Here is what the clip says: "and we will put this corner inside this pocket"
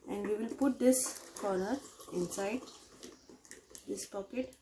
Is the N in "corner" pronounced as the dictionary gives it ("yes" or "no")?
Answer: no